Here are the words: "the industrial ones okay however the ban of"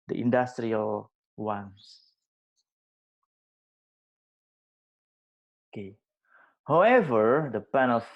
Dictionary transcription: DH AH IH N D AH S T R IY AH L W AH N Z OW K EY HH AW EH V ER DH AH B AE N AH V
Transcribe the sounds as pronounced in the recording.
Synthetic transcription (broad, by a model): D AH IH N D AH S T R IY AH L W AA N S OW K EY HH AW EH V ER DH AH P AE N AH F